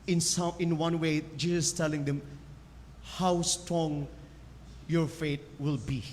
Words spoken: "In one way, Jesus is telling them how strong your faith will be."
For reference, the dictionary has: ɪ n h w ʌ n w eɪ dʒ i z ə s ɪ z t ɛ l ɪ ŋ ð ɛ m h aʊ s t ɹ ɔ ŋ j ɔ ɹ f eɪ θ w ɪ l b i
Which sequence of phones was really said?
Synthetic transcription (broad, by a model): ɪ n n w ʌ n w eɪ dʒ i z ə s t ɛ l ɪ ŋ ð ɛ m h aʊ s t ɹ ɔ ŋ j ɔ ɹ f eɪ t w ɪ l b i